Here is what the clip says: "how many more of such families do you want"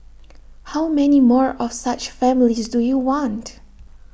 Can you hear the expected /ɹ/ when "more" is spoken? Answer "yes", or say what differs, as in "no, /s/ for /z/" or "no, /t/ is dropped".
yes